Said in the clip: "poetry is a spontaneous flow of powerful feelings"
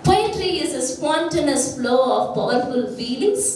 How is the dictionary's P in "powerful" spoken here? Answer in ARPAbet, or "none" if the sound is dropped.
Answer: B